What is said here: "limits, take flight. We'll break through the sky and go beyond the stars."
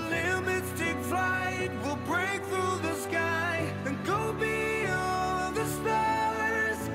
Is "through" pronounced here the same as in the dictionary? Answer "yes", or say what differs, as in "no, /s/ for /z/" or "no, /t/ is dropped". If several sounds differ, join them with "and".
yes